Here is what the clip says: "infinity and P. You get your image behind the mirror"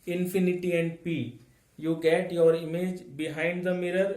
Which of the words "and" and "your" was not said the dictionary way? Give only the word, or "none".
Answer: none